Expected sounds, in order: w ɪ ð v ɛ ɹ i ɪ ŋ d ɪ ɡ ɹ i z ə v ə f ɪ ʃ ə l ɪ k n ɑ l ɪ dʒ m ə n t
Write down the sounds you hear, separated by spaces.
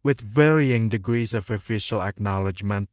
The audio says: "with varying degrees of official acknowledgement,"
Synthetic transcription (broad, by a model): w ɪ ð v ɛ ɹ i ɪ ŋ d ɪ ɡ ɹ i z ə v ə f ɪ ʃ ə l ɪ k n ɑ l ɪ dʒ m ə n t